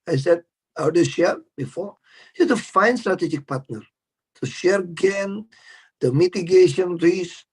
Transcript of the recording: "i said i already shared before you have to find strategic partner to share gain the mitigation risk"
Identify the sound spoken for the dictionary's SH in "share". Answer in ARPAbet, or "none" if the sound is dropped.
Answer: SH